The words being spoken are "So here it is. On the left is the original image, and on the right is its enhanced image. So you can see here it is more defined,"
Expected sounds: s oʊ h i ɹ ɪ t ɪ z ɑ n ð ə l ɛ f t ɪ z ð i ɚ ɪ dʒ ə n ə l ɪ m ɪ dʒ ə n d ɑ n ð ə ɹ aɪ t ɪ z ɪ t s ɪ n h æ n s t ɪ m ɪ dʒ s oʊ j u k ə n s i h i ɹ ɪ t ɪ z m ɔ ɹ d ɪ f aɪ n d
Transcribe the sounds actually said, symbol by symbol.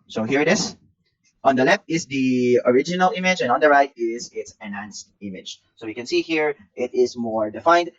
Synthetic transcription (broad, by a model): s oʊ h i ɹ ɪ t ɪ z ɑ n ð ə l ɛ f t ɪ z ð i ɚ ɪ dʒ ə n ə l ɪ m ɪ dʒ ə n ɑ n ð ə ɹ aɪ t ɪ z ɪ t s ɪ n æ n s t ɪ m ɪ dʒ s oʊ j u k ə n s i h i ɹ ɪ t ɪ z m ɔ ɹ d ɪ f aɪ n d